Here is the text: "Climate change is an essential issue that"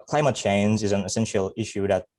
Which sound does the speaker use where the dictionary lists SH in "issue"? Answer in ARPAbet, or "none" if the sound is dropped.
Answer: SH